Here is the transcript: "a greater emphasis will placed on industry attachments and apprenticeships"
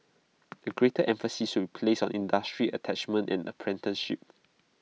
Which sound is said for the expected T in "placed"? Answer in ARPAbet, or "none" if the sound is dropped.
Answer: none